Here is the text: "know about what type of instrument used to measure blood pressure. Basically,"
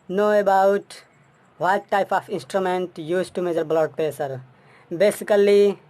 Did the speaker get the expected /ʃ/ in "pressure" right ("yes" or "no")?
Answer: no